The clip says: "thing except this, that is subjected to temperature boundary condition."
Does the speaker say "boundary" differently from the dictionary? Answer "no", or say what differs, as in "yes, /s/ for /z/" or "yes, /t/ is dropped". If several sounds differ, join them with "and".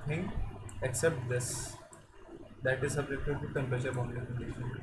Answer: yes, /ɹ/ is dropped